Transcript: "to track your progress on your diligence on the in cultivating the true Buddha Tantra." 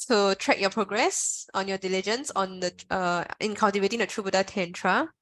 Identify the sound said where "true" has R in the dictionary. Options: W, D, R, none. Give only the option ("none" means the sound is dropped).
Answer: R